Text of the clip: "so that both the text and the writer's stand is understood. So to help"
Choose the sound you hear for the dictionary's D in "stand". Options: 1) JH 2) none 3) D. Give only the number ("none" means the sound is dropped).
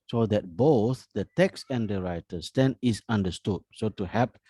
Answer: 2